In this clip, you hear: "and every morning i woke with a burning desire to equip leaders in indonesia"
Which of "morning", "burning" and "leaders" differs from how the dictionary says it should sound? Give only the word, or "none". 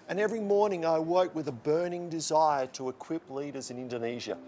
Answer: none